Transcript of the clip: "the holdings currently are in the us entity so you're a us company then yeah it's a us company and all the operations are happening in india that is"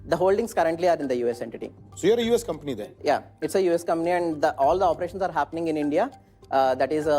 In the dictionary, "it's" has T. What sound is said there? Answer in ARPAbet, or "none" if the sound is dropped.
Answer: T